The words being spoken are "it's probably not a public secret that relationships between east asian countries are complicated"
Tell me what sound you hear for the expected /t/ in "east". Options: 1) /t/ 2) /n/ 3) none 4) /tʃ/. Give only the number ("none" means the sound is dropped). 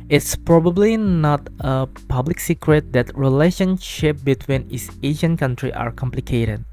3